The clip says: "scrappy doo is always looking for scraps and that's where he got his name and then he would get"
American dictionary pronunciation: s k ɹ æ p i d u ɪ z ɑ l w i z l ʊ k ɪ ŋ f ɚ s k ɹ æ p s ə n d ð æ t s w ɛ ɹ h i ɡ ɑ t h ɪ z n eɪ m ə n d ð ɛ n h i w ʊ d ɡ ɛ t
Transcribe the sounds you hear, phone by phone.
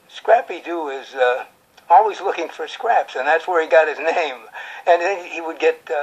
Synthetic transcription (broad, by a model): s k ɹ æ p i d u ɪ z ɑ l w i z l ʊ k ɪ ŋ f ɚ s k ɹ æ p s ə n ð æ t s w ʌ ɹ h i ɡ ɑ t h ɪ z n eɪ m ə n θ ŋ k h i w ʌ d ɡ ɛ t